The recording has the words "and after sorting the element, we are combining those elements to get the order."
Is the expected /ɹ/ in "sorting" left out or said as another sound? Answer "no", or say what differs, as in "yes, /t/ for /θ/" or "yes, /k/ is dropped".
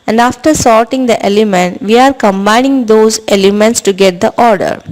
no